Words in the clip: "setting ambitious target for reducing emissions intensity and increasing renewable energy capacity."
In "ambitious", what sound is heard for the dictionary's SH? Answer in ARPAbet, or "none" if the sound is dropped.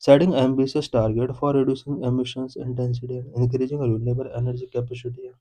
S